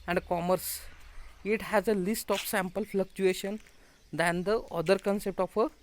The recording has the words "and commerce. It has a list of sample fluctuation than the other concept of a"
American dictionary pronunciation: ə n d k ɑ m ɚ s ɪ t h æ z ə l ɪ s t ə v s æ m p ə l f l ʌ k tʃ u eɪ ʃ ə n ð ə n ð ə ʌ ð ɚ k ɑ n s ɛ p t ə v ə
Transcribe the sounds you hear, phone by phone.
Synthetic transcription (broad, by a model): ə n d k ɑ m ɚ s ɪ t h æ z ə l ɪ s t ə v s æ m p ə l f l ʌ k tʃ u eɪ ʃ ə n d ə n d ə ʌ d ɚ k ɑ n s ɛ p t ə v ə